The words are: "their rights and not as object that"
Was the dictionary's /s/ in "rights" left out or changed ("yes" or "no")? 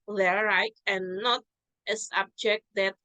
yes